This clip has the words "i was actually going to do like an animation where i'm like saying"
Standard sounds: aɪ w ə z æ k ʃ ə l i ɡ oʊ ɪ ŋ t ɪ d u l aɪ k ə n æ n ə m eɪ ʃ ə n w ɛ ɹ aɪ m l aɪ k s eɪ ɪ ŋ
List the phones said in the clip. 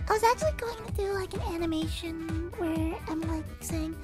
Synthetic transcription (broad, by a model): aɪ w ə z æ k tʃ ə l i ɡ oʊ ɪ ŋ t ɪ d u l aɪ k ə n æ n ə m eɪ ʃ ə n w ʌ ɹ aɪ m l aɪ k s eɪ ɪ ŋ